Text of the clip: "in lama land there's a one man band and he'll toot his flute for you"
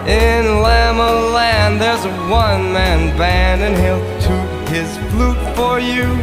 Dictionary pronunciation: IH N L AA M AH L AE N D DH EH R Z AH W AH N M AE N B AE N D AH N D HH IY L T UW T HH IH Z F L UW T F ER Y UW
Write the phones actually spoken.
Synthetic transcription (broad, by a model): IH N L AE M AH L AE N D DH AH R Z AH W AH N M AE N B AE N AH N HH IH L T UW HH IH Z F L UW T F ER Y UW